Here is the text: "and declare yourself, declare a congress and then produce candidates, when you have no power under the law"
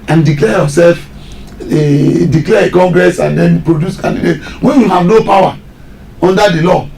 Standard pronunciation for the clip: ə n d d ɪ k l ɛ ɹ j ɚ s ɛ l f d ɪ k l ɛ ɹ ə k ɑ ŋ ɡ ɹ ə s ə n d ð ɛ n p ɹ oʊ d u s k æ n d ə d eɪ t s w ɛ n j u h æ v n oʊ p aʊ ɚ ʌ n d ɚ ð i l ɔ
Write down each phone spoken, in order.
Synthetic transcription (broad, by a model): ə n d d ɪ k l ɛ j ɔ s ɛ l f d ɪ k l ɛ ə k ɑ ŋ ɡ ɹ ə s ə n d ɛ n p ɹ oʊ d u s k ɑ n d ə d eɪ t w ɛ n j u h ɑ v n oʊ p aʊ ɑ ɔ n d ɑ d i l ɔ